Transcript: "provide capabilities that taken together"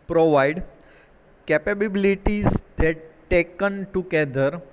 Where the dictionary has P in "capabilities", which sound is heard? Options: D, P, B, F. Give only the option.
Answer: B